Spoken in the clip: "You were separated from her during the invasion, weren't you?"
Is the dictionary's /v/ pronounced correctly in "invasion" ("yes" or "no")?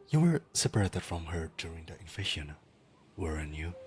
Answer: no